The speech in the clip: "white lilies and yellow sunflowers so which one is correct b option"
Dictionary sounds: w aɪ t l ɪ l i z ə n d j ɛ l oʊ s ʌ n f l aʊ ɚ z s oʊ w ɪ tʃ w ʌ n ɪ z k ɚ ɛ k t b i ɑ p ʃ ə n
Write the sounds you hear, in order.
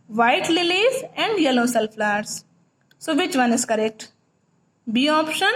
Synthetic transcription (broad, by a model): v aɪ t l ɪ l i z ə n d j ɛ l oʊ s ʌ l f l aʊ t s s oʊ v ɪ tʃ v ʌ n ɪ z k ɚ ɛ k t b i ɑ p ʃ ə n